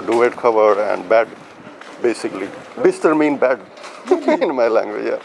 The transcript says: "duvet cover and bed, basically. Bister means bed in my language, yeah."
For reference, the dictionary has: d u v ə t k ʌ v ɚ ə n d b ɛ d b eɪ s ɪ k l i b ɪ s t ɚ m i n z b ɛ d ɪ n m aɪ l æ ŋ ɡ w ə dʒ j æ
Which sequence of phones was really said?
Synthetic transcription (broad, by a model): d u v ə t k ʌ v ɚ ə n d b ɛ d b eɪ s ɪ k l i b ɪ s t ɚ m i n b ɛ d ɪ n m aɪ l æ ŋ ɡ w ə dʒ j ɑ